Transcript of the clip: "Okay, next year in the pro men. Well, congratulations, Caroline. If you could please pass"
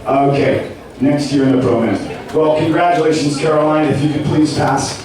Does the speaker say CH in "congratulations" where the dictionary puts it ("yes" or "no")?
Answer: yes